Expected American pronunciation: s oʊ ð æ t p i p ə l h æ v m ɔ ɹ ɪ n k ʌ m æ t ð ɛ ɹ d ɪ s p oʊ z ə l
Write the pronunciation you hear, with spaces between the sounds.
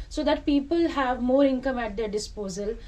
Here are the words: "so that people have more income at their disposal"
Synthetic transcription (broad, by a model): s oʊ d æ t p i p ə l h æ v m ɔ ɹ ɪ n k ʌ m æ t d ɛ ɹ d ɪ s p oʊ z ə l